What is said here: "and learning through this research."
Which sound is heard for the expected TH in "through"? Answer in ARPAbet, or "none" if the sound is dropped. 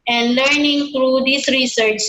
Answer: T